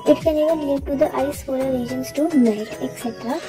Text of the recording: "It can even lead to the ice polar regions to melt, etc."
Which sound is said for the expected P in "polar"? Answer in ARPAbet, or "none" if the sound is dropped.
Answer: F